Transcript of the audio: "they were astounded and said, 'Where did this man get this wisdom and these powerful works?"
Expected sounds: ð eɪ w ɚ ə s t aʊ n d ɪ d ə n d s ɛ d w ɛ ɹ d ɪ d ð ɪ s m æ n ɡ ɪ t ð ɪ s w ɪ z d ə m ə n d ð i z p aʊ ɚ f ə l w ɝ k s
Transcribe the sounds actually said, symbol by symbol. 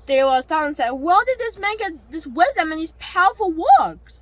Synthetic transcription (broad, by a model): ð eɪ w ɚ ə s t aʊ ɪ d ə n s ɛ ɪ w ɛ l d ɪ d ð ɪ s m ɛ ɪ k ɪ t ð ɪ s w ɪ z d ə m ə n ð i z p aʊ ɚ f ə l w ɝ k s